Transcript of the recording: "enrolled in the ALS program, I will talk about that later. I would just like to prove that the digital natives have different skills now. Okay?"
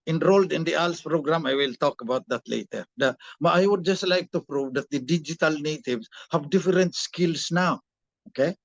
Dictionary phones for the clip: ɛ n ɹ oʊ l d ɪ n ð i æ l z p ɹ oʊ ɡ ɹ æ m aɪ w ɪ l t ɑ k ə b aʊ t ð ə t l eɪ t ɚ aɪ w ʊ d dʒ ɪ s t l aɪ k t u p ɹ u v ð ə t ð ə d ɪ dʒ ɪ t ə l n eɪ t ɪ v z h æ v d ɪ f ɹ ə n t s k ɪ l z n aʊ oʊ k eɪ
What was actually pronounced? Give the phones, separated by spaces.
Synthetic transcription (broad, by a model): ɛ n ɹ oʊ l d ɪ n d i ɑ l s p ɹ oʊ ɡ ɹ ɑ m aɪ w ɪ l t ɑ k ə b aʊ t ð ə t l eɪ t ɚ aɪ w ʊ d dʒ ɪ s t l aɪ k t u p ɹ u v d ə t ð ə d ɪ dʒ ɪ t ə l n eɪ t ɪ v s h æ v d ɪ f ɹ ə n t s k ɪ l s n aʊ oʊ k eɪ